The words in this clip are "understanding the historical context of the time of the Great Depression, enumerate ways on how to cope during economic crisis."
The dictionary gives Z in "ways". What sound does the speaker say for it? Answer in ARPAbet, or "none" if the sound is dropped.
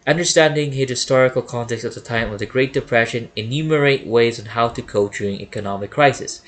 Z